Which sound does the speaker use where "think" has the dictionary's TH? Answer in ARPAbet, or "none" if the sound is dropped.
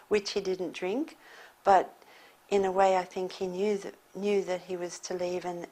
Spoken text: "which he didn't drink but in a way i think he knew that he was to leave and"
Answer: TH